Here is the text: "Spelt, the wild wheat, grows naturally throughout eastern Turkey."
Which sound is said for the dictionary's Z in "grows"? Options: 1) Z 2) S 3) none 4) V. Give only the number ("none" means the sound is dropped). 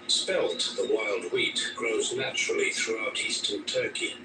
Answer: 1